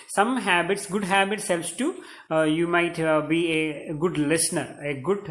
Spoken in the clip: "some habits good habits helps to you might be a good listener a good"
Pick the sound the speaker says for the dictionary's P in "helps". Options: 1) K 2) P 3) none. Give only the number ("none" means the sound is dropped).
3